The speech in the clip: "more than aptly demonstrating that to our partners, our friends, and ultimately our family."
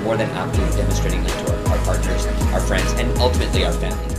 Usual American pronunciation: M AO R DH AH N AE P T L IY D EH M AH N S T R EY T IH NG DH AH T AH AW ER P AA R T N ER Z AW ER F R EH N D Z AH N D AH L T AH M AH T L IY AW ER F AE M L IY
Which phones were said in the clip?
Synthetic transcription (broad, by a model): M AO R DH AH N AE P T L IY D EH M AH N S T R EY T IH NG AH T AH AW ER P AA R T N ER Z AW ER F R EH N D Z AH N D AH L T AH M AH T L IY AW ER F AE M L IY